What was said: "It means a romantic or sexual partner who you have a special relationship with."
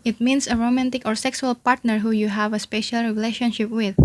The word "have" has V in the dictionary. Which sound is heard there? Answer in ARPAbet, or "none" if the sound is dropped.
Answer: V